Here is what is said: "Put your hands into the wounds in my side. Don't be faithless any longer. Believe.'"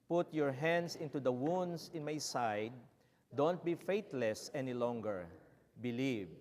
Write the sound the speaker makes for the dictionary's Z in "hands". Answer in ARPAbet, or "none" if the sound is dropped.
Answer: S